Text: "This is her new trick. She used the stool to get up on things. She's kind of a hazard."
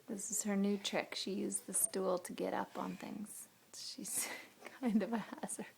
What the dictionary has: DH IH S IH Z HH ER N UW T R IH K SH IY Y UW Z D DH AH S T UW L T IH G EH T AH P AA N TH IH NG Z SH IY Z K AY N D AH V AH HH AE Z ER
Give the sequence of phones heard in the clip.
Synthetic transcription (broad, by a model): DH IH S IH Z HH ER N UW T R IH K SH IY Y UW Z DH AH S T UW L T IH G EH T AH P N TH IH NG Z SH IY Z K AY N D AH V AH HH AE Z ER